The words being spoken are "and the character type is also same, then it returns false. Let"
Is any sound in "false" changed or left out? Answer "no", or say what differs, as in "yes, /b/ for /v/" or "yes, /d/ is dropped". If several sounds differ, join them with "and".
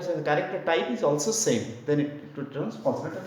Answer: yes, /n/ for /l/